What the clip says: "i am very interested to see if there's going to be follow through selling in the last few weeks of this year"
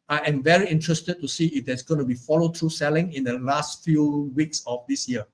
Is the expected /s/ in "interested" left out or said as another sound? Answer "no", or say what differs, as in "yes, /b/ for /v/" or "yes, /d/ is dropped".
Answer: no